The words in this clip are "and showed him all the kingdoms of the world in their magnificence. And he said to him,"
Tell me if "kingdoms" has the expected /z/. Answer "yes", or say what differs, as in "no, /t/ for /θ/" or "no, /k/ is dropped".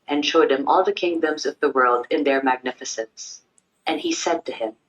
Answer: yes